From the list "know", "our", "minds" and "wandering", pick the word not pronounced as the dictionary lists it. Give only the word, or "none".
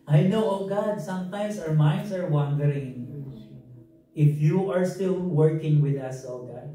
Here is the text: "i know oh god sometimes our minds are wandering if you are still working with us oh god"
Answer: minds